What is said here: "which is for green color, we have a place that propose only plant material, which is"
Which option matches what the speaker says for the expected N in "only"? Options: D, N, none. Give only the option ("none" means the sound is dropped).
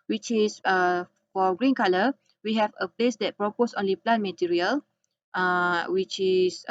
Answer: N